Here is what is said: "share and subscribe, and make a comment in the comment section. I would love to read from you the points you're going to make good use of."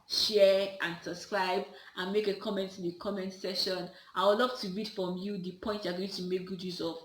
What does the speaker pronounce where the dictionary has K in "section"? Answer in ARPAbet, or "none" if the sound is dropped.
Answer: none